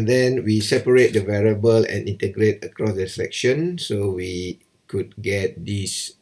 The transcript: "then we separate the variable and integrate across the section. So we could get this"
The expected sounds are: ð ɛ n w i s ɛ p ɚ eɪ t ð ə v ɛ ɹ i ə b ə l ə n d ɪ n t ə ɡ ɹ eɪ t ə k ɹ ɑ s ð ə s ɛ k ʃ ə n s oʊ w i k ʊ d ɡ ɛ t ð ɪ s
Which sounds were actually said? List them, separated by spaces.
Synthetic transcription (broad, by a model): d ɛ n w i s ɛ p ɚ eɪ t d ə v ɛ ɹ i ə b ə l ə n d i n t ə ɡ ɹ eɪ t ə k ɹ ɑ s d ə s ɛ k ʃ ə n s oʊ w i k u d ɡ ɛ t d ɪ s